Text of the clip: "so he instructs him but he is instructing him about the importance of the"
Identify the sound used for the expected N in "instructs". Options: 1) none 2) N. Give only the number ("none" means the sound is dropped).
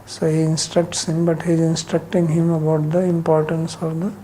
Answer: 2